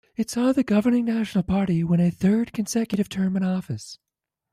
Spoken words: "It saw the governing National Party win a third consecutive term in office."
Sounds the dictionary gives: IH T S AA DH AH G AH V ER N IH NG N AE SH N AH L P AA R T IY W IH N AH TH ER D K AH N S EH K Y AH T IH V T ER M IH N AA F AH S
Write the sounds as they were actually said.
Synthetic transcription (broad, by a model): IH T S AA DH AH G AH V ER N IH NG N AE SH N L P AA R T IY W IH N AH TH ER D K AH N S EH K Y AH T IH V T ER M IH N AA F AH S